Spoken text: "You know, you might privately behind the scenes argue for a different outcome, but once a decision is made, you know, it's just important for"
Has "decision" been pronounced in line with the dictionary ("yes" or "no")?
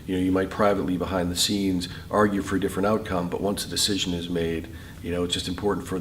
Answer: yes